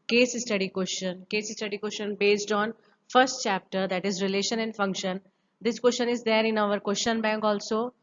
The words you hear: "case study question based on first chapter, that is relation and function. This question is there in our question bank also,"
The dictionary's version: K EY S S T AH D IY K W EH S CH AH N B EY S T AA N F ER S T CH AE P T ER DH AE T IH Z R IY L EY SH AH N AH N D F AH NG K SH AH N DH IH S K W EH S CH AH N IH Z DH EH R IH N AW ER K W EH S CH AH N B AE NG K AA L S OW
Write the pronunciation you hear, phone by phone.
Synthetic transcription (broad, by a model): K EY S S T AH D IY K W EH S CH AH N B EY S T AA N F ER S T CH AE P T ER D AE T IH Z R IY L EY SH AH N AH N D F AH NG K SH AH N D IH S K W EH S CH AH N IH Z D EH R IH N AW ER K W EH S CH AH N B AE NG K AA L S OW